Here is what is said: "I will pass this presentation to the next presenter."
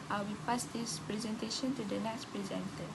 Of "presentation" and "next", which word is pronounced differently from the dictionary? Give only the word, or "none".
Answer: none